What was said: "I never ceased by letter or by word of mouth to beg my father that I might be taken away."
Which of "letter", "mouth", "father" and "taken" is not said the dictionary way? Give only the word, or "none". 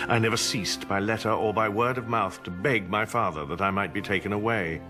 none